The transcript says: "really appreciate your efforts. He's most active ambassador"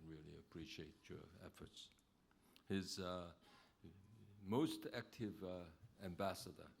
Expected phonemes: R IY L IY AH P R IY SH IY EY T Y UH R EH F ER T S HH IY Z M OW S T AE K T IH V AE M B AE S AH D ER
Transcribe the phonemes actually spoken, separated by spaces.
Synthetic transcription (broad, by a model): R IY L IY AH P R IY SH IY EY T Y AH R EH F ER T S HH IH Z M OW S T AE K T IH V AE M B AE S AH D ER